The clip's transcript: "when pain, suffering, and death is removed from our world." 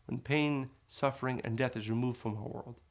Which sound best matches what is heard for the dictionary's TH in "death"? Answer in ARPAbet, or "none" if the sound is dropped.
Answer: TH